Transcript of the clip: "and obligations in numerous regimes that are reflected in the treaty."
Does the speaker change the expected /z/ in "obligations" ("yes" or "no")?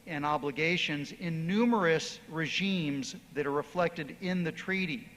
no